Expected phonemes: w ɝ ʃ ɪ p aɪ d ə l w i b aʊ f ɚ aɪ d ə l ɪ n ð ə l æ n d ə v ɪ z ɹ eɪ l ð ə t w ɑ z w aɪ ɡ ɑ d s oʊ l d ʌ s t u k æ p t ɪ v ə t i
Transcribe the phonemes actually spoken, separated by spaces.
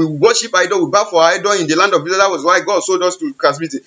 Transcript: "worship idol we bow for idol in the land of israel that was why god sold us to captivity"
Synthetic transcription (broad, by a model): w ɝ ʃ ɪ p aɪ d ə w i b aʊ f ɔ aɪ d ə ɪ n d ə l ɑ n d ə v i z eɪ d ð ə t w ɑ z w aɪ ɡ ɑ d s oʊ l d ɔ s t u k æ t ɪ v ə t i